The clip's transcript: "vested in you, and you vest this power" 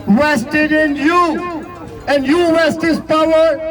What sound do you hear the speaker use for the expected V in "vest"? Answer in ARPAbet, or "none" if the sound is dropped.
W